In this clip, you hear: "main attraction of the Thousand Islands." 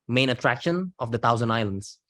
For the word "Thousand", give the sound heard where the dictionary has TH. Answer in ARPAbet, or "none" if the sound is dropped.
T